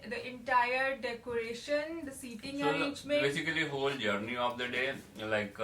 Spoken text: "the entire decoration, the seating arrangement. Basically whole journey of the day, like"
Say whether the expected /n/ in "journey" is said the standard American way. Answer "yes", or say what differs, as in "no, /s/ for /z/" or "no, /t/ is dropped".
yes